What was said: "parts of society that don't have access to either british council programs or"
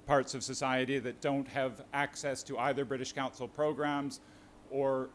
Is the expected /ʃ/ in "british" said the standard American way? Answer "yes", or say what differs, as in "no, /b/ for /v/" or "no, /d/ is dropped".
yes